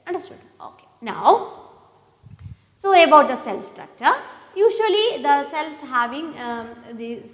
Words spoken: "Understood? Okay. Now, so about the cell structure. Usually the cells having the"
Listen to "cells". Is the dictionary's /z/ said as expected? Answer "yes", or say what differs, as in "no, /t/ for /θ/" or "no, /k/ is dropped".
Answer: no, /s/ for /z/